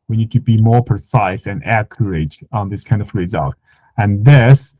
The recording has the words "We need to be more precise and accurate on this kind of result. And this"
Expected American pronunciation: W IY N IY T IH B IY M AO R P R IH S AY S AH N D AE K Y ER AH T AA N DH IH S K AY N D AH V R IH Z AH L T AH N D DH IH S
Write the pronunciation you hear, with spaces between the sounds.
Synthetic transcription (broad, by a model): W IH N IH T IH B IY M AO R P R IH S AY S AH N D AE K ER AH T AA N DH IH S K AY N D AH V R IH Z AH L T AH N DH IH S